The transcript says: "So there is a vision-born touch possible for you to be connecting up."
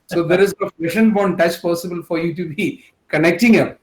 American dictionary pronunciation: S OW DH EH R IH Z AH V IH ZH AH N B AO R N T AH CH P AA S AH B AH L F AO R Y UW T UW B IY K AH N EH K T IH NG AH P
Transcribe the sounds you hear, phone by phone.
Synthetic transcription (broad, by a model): S OW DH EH R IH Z AH P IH SH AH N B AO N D T AH CH P AA S AH B AH L F AO R Y UW T UW B IY K AH N EH K T IH NG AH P